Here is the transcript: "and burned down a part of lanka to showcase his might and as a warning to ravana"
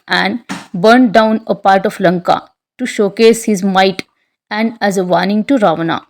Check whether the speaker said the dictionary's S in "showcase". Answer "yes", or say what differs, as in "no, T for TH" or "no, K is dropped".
yes